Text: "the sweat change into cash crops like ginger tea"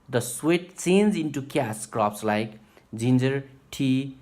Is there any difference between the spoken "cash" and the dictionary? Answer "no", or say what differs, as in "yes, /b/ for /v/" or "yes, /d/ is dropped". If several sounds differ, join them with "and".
yes, /s/ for /ʃ/